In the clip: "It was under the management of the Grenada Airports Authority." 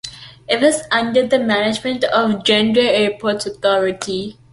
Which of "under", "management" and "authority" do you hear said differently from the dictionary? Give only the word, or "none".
authority